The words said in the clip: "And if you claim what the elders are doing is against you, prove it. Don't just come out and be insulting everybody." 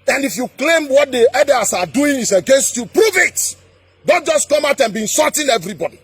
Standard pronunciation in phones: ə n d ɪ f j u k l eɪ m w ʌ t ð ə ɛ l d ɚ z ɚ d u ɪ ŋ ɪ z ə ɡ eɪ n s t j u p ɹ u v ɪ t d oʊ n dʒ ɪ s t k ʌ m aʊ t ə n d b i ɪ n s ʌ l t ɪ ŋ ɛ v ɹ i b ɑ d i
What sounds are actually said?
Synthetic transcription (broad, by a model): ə n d ɪ f j u k l eɪ m w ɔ t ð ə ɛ d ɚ s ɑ d u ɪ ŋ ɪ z ə ɡ eɪ n s t j u p ɹ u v ɪ t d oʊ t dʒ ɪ s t k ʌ m aʊ t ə n b i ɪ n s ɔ t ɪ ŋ ɛ v ɹ i b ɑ d i